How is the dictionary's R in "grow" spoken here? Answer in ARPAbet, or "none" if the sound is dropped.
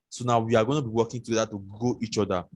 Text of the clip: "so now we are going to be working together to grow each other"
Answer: none